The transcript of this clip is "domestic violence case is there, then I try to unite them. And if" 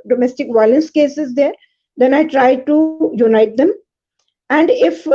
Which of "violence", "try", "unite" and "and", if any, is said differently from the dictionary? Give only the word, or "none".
none